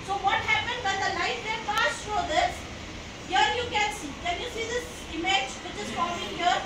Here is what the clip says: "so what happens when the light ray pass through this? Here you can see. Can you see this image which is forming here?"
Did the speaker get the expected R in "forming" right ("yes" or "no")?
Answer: no